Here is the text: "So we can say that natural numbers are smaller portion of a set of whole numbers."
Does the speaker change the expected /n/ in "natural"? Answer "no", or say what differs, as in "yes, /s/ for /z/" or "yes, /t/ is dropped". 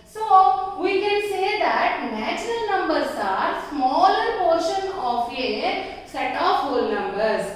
no